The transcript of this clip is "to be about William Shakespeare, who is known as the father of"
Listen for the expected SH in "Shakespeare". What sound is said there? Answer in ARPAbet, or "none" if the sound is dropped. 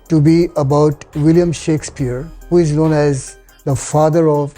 SH